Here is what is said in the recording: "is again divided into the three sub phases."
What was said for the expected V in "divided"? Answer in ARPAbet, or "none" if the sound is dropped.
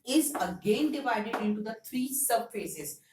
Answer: V